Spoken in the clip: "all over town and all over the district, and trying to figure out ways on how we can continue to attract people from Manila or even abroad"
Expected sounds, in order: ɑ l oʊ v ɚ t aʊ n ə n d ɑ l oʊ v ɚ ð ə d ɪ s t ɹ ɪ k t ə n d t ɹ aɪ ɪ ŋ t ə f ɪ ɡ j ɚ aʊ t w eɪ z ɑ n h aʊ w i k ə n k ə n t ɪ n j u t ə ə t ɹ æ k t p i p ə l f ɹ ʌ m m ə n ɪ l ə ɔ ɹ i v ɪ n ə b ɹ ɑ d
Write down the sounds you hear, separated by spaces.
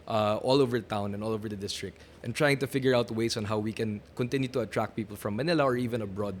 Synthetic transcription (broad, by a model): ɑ l oʊ v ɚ t aʊ n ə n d ɑ l oʊ v ɚ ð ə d ɪ s t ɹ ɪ k t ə n t ɹ aɪ ɪ ŋ t ə f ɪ ɡ j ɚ aʊ t w eɪ s ɑ n h aʊ w i k ə n k ə n t ɪ n j u t ə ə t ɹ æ k p i p ə l f ɹ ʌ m m ə n ɪ l ə ɔ ɹ i v ɪ n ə b ɹ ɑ d